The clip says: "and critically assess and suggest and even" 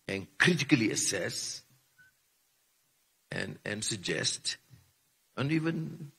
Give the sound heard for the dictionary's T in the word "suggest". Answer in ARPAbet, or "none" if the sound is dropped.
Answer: T